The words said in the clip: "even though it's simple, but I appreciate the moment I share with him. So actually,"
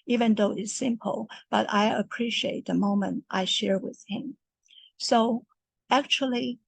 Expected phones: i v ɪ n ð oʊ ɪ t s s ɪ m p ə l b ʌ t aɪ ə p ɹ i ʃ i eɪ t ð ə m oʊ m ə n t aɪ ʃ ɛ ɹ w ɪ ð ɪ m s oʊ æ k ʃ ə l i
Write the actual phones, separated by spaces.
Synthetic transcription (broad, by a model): i v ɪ n ð oʊ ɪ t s s ɪ m p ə l b ʌ t aɪ ə p ɹ i ʃ i eɪ t ð ə m oʊ m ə n t aɪ ʃ ɛ ɹ w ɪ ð ɪ m s oʊ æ k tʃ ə l i